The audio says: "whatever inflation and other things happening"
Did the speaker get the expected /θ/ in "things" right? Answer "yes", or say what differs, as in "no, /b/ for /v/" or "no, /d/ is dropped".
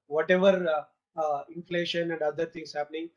no, /t/ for /θ/